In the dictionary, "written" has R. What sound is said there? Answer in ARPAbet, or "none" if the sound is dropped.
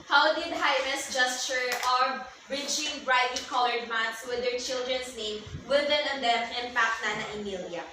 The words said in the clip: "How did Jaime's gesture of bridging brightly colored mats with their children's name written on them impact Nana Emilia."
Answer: W